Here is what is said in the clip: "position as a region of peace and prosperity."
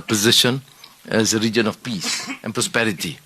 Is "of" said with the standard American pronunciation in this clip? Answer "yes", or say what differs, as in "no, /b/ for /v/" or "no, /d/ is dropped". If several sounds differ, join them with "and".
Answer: no, /f/ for /v/